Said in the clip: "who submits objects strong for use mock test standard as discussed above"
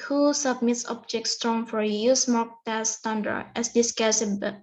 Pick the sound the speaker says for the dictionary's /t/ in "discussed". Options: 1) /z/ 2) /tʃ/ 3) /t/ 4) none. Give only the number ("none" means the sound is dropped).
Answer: 4